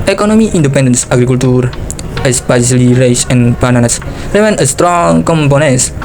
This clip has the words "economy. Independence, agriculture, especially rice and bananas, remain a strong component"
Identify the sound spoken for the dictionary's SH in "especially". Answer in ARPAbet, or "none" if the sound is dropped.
S